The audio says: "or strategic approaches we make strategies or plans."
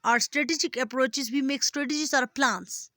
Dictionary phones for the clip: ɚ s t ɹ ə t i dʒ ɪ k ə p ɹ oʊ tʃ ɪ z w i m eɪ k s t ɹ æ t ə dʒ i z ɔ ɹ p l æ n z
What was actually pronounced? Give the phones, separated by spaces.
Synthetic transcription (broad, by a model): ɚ s t ɹ ə t i dʒ ɪ k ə p ɹ oʊ tʃ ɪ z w i m eɪ k s t ɹ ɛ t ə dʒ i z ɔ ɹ p l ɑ n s